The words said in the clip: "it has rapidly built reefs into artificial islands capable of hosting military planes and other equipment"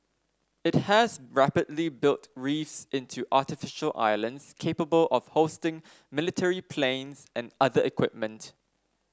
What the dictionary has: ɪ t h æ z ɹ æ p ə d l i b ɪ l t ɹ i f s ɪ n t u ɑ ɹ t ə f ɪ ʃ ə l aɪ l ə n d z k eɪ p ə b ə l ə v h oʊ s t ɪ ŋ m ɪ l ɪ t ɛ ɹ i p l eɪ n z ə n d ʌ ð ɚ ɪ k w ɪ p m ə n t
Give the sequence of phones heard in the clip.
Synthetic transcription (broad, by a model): ɪ t h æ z ɹ æ p ə d l i b ɪ l t ɹ i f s ɪ n t u ɑ t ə f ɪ ʃ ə l aɪ l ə n d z k eɪ p ə b ə l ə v h oʊ s t ɪ ŋ m ɪ l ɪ t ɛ ɹ i p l eɪ n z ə n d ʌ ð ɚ ɪ k w ɪ p m ə n t